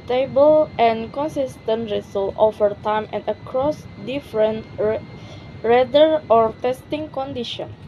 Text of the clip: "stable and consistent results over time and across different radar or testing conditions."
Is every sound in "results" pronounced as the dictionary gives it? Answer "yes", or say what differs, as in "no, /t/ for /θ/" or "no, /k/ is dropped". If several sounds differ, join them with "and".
no, /s/ is dropped